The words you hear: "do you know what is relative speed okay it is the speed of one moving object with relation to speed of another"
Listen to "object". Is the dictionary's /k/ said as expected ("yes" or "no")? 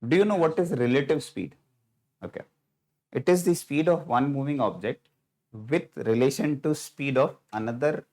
yes